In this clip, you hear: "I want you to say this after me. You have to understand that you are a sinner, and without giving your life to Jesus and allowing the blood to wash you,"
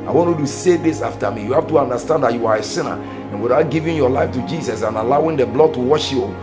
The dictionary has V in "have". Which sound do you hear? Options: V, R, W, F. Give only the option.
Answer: F